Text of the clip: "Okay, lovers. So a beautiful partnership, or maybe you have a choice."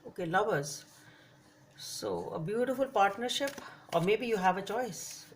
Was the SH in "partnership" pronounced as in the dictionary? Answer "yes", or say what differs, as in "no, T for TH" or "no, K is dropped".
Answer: yes